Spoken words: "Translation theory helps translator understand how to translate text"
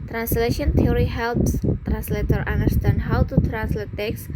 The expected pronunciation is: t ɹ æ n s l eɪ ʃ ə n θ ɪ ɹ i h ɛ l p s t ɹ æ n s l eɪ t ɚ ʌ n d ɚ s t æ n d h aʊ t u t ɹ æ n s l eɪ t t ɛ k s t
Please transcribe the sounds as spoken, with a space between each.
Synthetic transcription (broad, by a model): t ɹ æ n s l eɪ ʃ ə n t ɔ ɹ i h ɛ l p s t ɹ æ n s l eɪ t ɚ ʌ n d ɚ s t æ n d h aʊ t u t ɹ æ n s l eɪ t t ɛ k s